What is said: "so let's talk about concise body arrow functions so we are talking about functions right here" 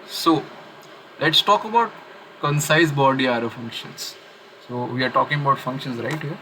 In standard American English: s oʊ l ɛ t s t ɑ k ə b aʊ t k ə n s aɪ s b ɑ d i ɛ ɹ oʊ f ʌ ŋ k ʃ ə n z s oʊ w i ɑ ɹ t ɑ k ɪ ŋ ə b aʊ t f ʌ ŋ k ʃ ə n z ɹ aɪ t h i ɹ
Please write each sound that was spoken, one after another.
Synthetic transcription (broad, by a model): s oʊ l ɛ t s t ɑ k ə b aʊ t k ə n s aɪ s b ɑ d i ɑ ɹ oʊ f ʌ ŋ k ʃ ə n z s oʊ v i ɑ ɹ t ɑ k ɪ ŋ ə b aʊ t f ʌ ŋ k ʃ ə n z ɹ aɪ t h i ɹ